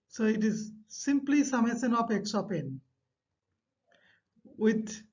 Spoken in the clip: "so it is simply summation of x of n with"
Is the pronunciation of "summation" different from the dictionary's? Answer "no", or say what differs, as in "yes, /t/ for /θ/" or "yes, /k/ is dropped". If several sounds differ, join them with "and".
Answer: yes, /s/ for /ʃ/